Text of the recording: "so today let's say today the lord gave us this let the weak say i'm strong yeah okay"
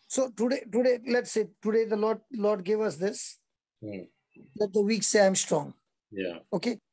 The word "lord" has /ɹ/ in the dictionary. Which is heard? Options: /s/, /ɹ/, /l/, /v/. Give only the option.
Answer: /l/